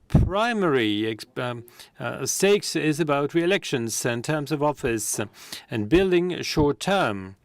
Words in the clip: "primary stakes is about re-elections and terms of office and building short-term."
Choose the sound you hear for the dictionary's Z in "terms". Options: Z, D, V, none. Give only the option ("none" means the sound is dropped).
Z